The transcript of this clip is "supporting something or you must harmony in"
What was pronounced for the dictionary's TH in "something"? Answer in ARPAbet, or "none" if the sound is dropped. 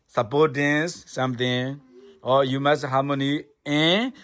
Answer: T